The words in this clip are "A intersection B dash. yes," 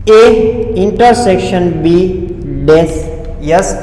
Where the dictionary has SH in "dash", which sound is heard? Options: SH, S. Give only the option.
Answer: S